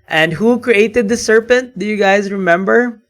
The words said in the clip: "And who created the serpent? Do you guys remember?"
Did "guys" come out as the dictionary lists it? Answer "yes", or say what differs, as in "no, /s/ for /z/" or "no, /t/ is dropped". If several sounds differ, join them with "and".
yes